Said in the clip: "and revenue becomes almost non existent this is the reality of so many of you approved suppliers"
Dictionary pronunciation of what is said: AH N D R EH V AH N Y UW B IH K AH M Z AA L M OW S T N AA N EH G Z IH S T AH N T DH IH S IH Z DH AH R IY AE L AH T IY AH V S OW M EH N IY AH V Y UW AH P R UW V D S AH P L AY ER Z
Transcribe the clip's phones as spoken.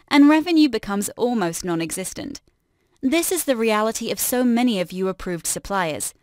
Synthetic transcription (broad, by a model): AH N R EH V AH N Y UW B IH K AH M Z AA L M OW S T N AA N EH G Z IH S T AH N T DH IH S IH Z DH AH R IY AE L AH T IY AH V S OW M EH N IY AH V Y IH AH P R UW V D S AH P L AY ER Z